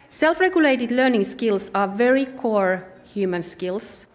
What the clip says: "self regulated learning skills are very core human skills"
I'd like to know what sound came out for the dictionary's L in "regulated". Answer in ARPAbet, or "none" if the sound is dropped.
L